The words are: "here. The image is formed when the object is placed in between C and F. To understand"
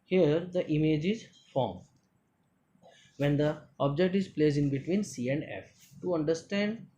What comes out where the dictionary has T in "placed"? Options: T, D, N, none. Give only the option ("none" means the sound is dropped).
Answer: none